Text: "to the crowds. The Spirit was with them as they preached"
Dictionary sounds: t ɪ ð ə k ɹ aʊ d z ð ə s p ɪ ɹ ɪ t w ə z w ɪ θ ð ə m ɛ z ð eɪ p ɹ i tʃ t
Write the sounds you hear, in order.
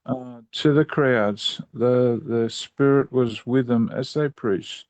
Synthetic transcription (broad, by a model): t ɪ ð ə k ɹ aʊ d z ð ə s p ɪ ɹ ɪ t w ə z w ɪ ð ə m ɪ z ð eɪ p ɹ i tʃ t